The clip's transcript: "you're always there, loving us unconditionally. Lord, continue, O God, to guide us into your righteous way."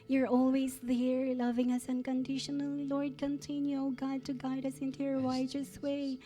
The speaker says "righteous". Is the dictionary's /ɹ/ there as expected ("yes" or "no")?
no